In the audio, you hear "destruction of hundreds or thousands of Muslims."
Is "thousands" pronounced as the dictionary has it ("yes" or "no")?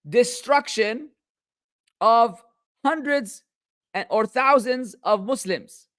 no